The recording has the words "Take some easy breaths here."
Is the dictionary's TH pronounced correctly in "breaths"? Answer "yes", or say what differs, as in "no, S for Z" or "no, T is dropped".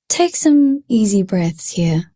yes